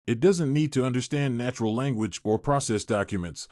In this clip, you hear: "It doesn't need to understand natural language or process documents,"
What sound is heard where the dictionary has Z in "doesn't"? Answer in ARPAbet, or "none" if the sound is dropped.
Z